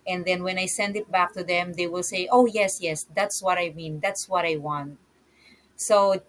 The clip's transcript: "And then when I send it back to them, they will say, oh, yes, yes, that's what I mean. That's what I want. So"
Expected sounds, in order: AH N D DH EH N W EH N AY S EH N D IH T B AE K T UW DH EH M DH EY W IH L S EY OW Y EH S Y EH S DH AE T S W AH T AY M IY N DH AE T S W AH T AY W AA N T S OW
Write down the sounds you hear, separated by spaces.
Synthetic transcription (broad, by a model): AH N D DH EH N W EH N AY S EH N D IH T B AE K T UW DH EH M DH EY W IH L S EY OW Y EH S Y EH S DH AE T S W AH T AY M IY N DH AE T S W AH T AY W AA N T S OW